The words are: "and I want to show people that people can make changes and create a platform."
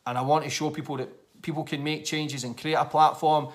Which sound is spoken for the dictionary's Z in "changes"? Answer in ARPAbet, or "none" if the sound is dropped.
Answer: Z